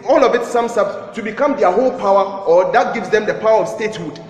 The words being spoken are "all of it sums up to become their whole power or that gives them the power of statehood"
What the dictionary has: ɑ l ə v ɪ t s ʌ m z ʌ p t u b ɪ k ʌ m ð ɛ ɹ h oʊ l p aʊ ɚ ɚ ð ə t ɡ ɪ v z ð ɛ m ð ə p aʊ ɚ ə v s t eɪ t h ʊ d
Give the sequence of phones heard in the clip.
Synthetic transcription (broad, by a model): ɑ l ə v ɪ t s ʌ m s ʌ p t u b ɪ k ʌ m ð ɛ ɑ h oʊ l p aʊ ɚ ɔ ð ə t ɡ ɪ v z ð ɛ m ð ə p aʊ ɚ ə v s t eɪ t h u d